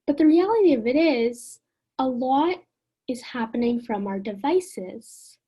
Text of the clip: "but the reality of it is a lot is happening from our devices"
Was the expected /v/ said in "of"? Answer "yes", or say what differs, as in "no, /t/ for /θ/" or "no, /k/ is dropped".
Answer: yes